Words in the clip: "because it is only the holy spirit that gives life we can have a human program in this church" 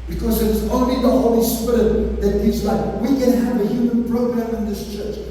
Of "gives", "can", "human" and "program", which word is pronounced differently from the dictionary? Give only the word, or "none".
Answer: gives